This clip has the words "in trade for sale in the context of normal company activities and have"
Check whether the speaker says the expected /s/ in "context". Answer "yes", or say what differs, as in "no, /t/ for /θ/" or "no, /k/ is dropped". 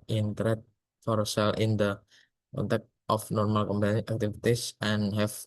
no, /s/ is dropped